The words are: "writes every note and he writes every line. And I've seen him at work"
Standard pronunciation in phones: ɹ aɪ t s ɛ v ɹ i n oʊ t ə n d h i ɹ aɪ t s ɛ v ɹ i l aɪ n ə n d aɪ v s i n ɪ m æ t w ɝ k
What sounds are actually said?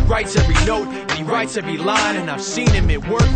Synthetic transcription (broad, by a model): ɹ aɪ t s ɛ v ɹ i n oʊ t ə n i ɹ aɪ t s ɛ v ɹ i l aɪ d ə n aɪ v s i n ɪ m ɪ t w ɝ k